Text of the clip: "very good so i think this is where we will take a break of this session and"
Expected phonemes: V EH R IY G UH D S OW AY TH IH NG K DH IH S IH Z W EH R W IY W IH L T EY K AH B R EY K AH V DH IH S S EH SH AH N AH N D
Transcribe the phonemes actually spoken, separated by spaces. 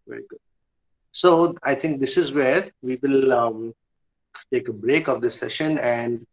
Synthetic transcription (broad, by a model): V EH R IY G UH D S OW AY T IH NG K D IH S IH Z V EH R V IY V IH L T EY K AH B R EY K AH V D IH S S EH SH AH N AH N D